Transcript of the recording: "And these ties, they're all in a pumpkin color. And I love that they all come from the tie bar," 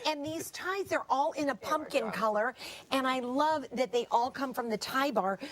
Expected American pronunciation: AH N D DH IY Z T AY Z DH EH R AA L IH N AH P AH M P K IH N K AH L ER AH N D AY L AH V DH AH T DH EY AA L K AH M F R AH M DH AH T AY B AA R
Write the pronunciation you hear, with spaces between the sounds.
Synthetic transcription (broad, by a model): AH N DH IY Z T AY Z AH R AA L IH N AH P AH M P K IH N K AH L ER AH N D AY L AH V DH AH T DH EY AA L K AH M F R AH M DH AH T AY B AA R